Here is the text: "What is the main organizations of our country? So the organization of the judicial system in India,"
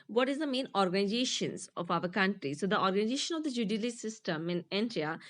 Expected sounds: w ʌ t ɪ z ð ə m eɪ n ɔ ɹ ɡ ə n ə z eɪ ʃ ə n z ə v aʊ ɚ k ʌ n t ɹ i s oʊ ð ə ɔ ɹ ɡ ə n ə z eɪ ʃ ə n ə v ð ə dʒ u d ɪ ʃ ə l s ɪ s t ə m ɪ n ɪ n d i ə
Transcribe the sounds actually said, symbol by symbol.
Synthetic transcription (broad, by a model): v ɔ t ɪ z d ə m eɪ n ɔ ɹ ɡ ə n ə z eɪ ʃ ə n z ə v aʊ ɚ k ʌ n t ɹ i s oʊ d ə ɔ ɹ ɡ ə n ə z eɪ ʃ ə n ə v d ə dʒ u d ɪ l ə s ɪ s t ə m ɪ n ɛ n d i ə